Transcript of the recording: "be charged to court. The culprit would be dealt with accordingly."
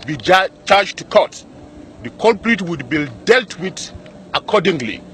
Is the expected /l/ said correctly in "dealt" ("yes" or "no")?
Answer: yes